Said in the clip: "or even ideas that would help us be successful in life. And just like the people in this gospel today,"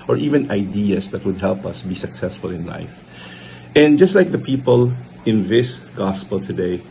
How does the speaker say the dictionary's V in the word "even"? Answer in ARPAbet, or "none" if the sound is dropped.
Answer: V